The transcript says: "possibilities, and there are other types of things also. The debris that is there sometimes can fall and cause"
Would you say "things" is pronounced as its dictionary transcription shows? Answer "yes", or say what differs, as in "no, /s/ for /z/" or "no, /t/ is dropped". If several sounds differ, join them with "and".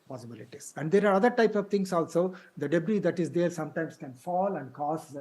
no, /t/ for /θ/ and /s/ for /z/